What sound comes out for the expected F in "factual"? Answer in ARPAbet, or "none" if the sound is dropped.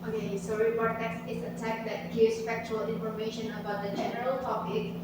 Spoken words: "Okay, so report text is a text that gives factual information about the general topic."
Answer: F